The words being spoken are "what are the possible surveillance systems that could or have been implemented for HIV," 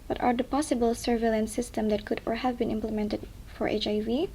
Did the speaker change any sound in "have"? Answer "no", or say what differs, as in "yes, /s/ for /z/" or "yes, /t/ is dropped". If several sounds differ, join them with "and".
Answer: no